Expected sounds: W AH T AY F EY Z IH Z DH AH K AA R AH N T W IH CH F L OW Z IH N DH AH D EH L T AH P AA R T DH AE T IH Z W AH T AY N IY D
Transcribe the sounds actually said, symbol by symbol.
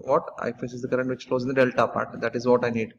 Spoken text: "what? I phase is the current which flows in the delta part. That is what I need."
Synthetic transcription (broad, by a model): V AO T AY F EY S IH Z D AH K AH R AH N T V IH CH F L OW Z IH N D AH D EH L T AH P AA R T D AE T IH Z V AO T AY N IY D